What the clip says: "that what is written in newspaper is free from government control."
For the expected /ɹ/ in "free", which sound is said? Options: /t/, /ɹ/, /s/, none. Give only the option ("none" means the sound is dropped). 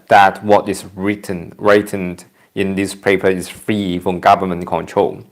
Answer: /ɹ/